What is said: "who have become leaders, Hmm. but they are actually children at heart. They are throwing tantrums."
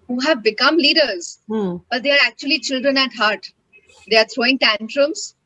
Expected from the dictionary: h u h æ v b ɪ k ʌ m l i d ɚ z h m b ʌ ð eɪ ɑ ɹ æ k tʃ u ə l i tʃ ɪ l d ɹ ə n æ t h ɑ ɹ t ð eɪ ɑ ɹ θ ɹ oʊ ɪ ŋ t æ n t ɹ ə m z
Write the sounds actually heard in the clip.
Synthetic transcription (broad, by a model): h u h æ v b ɪ k ʌ m l i d ɚ z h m b ʌ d eɪ ɑ ɹ æ k tʃ u ə l i tʃ ɪ l d ɹ ə n æ t h ɑ ɹ t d eɪ ɑ ɹ t ɹ oʊ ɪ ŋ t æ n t ɹ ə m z